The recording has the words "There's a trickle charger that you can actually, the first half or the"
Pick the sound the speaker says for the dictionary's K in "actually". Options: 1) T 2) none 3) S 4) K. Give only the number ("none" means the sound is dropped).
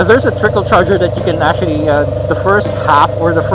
2